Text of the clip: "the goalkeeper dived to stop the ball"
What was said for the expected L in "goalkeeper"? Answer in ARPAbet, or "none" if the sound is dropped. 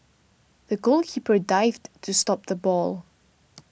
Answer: L